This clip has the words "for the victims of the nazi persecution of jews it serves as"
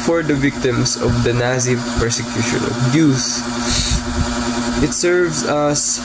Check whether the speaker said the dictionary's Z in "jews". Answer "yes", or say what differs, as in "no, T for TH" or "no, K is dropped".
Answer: no, S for Z